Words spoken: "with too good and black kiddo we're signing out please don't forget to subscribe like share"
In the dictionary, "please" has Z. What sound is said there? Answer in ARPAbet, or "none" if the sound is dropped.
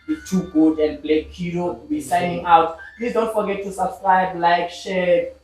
S